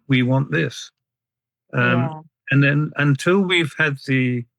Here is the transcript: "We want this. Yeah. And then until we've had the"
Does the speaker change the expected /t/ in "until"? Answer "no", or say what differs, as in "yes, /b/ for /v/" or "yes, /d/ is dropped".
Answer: no